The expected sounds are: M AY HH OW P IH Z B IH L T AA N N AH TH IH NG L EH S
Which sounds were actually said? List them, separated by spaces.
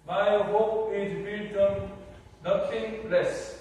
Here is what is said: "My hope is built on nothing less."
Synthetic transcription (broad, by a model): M AY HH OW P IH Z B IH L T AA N N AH T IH NG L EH S